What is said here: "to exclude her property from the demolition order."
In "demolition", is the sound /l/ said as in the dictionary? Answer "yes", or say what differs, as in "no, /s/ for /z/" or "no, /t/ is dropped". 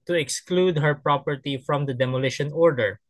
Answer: yes